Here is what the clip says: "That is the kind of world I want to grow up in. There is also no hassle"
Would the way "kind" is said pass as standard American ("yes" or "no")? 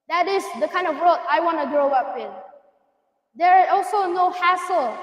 yes